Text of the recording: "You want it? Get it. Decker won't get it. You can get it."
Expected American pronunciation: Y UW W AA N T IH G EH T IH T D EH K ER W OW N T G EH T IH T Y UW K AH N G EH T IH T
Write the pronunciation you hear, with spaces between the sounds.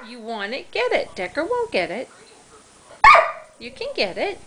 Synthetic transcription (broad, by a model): Y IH W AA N IH G EH T IH T D EH K ER W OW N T G EH T IH T Y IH K AH N G EH T IH T